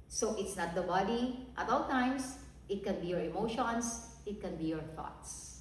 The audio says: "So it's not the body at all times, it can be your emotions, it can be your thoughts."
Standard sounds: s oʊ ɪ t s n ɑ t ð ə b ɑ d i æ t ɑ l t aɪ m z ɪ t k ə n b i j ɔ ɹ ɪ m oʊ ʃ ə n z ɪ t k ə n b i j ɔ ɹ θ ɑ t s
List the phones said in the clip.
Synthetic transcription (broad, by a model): s oʊ ɪ t s n ɑ t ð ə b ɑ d i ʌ t ɑ l t aɪ m s ɪ t k ə n b i j ɔ ɹ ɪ m oʊ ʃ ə n s ɪ t k ə n b i j ɔ ɹ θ ɑ t s